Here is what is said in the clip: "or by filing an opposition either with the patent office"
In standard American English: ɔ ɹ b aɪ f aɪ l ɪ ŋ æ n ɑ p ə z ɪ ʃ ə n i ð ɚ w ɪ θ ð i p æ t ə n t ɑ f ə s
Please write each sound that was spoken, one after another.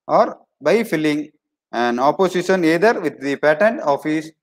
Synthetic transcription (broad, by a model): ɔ ɹ b aɪ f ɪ l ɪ ŋ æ n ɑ p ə s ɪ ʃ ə n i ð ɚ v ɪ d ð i p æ t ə n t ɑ f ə s